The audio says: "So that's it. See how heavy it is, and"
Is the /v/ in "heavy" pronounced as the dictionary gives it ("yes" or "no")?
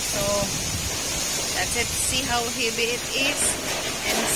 no